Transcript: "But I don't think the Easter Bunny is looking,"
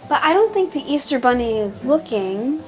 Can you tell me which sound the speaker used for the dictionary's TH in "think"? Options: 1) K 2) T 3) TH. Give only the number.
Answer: 3